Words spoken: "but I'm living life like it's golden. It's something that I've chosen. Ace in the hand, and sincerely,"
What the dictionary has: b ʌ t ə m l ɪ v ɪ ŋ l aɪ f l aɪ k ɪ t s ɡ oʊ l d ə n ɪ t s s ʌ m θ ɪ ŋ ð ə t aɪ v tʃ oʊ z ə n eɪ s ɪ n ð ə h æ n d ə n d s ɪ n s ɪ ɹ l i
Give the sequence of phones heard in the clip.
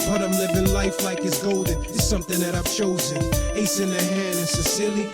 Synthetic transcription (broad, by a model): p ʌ t ə m l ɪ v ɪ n l aɪ f l aɪ k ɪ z ɡ oʊ l d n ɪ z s s ʌ m θ ɪ ŋ ð ə t aɪ v tʃ oʊ z ə n eɪ s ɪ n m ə h æ n d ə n s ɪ s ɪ l i